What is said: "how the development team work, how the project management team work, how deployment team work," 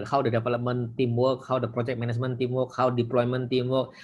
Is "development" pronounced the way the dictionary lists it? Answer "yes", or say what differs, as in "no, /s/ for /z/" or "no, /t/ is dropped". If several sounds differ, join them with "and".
no, /p/ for /v/